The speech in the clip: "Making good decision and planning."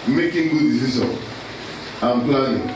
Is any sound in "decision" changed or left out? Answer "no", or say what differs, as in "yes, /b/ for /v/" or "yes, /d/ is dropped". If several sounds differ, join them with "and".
yes, /s/ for /ʒ/